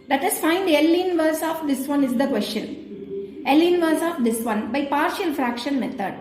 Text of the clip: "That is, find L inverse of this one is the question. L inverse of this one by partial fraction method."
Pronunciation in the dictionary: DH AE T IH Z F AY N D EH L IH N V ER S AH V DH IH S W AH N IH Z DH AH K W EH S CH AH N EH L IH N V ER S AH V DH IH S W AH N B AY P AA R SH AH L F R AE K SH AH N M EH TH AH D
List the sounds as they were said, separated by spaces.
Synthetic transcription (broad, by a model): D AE T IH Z F AY N D EH L IH N V ER S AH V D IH S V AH N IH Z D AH K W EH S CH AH N EH L IH N V ER S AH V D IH S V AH N B AY P AA R SH AH L F R AE K SH AH N M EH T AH D